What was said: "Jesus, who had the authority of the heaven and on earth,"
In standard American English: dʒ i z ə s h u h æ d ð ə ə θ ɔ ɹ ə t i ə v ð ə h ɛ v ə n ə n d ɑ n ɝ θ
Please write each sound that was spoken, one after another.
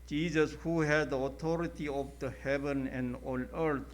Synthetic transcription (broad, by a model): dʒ i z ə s h u h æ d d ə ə t ɔ ɹ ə t i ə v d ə h ɛ v ə n ə n d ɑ l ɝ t